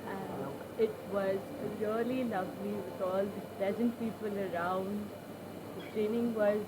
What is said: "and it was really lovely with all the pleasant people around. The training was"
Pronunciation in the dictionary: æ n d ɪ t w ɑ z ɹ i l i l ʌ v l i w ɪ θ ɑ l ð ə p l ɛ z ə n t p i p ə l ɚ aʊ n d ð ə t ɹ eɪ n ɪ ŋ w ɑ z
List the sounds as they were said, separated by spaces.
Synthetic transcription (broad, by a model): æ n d ɪ t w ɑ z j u l i l ʌ v l i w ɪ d ɑ l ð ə p l ɛ z ə n t p i p ə l ɚ aʊ n d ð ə t ɹ eɪ n ɪ ŋ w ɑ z